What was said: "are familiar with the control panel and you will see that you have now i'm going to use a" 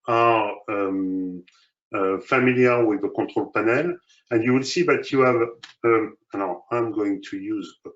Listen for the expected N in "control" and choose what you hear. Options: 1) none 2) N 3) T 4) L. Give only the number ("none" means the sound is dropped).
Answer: 1